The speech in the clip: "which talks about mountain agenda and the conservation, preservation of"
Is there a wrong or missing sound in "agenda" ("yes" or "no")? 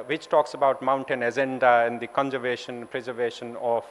yes